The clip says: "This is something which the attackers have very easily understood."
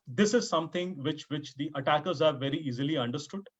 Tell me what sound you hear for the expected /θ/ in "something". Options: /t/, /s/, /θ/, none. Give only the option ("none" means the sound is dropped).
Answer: /t/